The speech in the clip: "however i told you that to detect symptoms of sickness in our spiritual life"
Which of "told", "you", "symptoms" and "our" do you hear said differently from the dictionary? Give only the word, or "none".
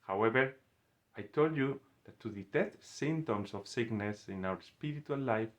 symptoms